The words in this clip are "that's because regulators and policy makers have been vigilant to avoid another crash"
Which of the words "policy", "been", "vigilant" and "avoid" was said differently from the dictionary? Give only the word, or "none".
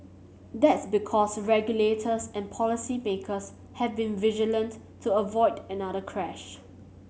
none